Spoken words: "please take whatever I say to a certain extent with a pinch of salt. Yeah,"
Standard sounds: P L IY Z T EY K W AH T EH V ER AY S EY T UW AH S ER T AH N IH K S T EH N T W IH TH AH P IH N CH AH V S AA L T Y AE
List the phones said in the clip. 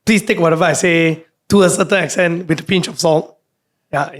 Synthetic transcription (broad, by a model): P L IY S T EY K W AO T EH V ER AY S EY T UW AH S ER T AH N IH K S T EH N T W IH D AH P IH N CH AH F S AA L T Y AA